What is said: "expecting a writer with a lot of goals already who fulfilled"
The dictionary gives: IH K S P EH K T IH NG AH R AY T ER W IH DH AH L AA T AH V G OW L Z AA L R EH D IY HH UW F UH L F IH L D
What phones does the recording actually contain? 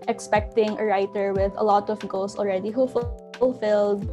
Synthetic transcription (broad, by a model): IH K S P EH K T IH NG AH R AY T ER W IH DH AH L AA T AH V G OW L S AA L R EH D IY HH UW F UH L F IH L D